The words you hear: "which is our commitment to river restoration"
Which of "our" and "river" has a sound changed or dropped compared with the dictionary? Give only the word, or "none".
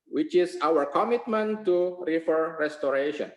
river